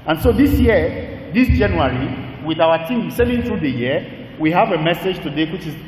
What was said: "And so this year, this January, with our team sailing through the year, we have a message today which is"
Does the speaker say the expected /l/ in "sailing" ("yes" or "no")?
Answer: no